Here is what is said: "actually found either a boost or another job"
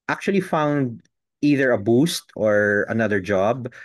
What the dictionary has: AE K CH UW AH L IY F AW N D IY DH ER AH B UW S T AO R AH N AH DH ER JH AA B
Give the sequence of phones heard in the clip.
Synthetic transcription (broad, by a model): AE K CH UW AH L IY F AW N D IY DH ER AH B UW S T AO R AH N AH DH ER JH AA B